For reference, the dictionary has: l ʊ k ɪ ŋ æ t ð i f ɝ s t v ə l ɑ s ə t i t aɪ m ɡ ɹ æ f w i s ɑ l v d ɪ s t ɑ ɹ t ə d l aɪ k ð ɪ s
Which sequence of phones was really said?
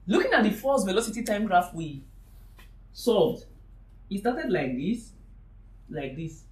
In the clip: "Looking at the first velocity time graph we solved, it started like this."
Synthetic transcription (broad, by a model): l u k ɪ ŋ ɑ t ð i f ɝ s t v ə l ɑ s ə t i t aɪ m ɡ ɹ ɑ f w i s ɑ v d ɪ s t ɑ t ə d l aɪ k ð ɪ s